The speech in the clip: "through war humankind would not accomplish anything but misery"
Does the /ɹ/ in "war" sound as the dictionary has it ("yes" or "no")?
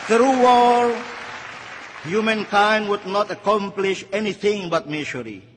no